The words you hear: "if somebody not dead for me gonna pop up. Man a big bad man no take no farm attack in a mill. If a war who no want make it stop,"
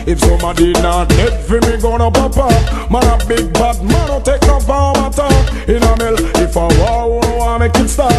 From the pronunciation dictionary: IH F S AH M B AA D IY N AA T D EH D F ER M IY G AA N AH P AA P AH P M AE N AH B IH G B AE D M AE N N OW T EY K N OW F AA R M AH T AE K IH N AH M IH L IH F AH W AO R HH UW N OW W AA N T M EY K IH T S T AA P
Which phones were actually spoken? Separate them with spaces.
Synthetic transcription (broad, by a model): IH F S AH M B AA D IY N AA T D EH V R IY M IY G AA N AH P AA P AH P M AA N AH B IH G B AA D M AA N N OW T EY K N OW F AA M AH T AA IH N AH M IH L IH F AH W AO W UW N OW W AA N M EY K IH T S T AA